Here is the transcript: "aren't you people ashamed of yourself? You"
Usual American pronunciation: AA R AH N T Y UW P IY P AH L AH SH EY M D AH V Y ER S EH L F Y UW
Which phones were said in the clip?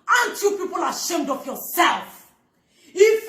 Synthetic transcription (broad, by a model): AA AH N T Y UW P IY P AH L AH SH EY M D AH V Y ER S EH L F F